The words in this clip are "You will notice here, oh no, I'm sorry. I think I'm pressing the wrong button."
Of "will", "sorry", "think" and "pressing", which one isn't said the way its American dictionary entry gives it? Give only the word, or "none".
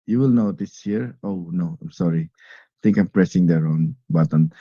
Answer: think